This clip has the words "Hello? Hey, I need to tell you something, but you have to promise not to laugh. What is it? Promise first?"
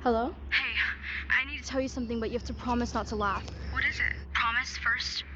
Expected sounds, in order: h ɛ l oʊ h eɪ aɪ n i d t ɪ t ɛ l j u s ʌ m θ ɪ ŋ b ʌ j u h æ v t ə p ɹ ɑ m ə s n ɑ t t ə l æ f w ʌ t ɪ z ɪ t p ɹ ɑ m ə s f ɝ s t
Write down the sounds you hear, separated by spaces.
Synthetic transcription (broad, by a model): h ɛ l oʊ h eɪ aɪ n i d t ɪ t ɛ l j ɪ s ʌ m θ ɪ ŋ b ʌ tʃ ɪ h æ f t ə p ɹ ɑ m ə s n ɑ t t ə l æ f w ʌ t ɪ z ɪ t p ɹ ɑ m ə s f ɝ s t